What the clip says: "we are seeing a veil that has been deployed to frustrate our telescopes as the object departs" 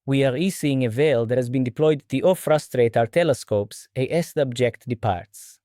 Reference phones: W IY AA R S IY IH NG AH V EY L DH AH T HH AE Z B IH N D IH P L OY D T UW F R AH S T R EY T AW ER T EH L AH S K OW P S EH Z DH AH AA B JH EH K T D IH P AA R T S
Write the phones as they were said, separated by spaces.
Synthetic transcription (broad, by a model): W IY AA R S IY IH NG AH V EY L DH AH T HH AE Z B IH N D IH P L OY D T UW F R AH S T R EY T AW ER T EH L AH S K OW P S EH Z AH AA B JH EH K T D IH P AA R T S